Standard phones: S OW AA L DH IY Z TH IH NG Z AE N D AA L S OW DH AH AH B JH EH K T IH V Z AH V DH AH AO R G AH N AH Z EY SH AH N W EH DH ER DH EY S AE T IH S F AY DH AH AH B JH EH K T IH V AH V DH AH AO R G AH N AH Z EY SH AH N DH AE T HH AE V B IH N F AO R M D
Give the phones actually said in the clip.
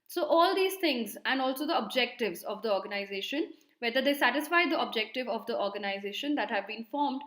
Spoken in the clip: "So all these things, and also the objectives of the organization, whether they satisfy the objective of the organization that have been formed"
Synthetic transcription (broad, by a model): S OW AA L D IY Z T IH NG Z AE N D AA L S OW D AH AH B JH EH K T IH V Z AH V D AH AO R G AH N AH Z EY SH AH N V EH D ER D EY S AE T IH S F AY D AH AH B JH EH K T IH V AH V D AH AO R G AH N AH Z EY SH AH N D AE T HH AE V B IH N F AO R M D